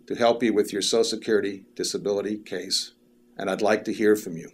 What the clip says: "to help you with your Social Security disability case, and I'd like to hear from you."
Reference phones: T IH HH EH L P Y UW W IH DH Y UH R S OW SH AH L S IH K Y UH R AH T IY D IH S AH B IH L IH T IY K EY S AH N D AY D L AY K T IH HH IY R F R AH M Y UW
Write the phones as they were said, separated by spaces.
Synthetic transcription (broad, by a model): T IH HH EH L P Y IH W IH DH Y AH R S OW AH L S IH K Y UH R AH T IY D IH S AH B IH L IH T IY K EY S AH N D AY D L AY K T IH HH IY R F R AH M Y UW